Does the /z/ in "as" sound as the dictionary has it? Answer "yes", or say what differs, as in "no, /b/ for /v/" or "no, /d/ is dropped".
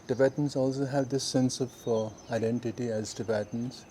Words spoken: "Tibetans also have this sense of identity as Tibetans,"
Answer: yes